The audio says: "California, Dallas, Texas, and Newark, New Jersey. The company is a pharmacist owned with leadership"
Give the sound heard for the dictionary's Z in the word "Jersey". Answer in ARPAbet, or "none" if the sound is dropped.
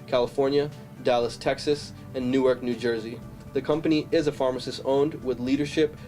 Z